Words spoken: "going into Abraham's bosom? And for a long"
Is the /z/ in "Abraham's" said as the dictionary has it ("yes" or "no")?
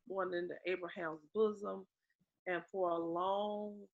yes